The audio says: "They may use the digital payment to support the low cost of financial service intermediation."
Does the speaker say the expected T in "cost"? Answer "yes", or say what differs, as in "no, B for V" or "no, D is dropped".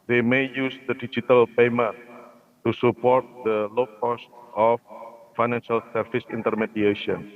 yes